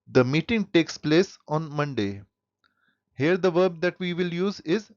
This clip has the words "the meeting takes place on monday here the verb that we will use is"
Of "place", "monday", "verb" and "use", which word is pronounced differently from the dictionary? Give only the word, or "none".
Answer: none